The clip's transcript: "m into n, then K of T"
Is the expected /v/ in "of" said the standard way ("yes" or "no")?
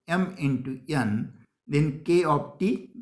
no